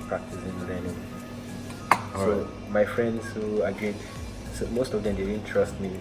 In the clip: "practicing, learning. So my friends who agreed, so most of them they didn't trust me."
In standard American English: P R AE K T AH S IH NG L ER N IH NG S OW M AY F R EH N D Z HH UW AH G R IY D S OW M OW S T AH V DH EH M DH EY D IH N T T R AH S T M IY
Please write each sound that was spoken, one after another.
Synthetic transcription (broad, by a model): P R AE K T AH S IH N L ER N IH S OW M AY F R EH N D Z HH UW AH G IY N S OW M OW S T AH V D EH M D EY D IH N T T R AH S T M IY